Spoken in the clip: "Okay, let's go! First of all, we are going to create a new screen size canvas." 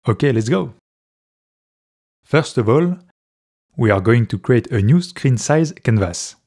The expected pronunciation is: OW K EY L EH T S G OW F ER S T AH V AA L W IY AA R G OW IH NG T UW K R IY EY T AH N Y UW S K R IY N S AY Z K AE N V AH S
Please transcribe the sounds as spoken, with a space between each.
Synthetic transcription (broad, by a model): OW K EY L EH T S G OW F ER S T AH V AA L W IY AA R G OW IH NG T UW K R IY EY T AH N Y UW S K R IY N S AY Z K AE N V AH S